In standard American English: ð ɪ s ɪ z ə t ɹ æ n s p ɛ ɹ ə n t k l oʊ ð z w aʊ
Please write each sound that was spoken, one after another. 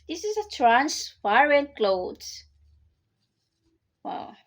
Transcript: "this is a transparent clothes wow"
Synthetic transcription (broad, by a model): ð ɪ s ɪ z ə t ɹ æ n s f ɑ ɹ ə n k l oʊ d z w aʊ